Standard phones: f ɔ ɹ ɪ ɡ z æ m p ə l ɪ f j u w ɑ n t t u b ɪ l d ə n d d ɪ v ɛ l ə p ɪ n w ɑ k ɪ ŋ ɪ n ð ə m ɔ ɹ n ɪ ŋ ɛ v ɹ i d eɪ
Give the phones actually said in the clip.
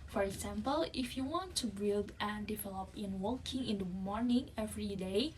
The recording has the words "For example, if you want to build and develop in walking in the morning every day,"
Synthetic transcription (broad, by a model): f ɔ ɹ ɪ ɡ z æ m p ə l ɪ f j u w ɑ n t t u b ɪ l d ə n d d ɪ v ɛ l ə p ɪ n w ɑ k ɪ ŋ ɪ n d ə m ɔ ɹ n ɪ ŋ ɛ v ɹ i d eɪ